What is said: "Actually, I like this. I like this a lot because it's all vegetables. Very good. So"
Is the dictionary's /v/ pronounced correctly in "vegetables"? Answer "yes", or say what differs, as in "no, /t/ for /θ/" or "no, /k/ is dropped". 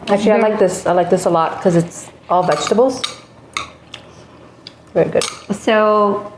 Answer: yes